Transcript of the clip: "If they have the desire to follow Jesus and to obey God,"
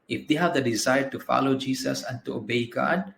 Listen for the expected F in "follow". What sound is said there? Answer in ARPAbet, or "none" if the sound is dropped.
F